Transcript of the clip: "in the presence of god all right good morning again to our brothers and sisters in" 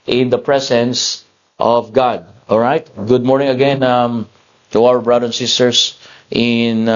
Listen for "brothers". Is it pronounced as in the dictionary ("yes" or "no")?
no